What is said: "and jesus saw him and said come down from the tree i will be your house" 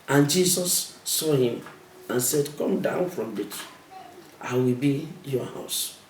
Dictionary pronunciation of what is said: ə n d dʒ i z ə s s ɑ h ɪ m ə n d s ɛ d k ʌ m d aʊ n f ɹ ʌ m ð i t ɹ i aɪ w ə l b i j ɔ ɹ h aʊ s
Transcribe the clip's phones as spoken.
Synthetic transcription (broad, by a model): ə n dʒ i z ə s s ɑ h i m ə n s ɛ d k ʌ m d aʊ n f ɹ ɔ m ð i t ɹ aɪ w ə l b i j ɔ h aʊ s